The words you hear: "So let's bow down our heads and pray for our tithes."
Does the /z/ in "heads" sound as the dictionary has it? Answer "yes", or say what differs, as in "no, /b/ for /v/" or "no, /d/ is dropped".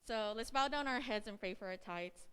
yes